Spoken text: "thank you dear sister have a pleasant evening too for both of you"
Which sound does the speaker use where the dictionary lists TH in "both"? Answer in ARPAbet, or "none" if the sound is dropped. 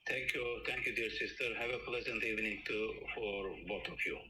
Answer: T